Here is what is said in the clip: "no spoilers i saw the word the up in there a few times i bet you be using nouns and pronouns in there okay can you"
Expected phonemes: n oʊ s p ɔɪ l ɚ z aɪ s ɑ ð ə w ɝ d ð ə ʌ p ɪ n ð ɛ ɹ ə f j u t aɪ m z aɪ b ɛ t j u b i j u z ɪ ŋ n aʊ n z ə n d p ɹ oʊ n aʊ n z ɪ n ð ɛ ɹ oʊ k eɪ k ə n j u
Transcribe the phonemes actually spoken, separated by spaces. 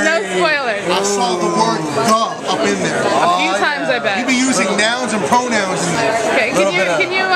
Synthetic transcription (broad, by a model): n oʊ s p ɔɪ l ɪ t aɪ s ɑ ð ə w ɝ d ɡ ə ʌ p ɪ n ð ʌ ɹ ə f j u t aɪ m z aɪ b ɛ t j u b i j u z ɪ ŋ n aʊ n z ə n p ɹ oʊ n aʊ n z ɪ n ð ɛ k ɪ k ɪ k ə n j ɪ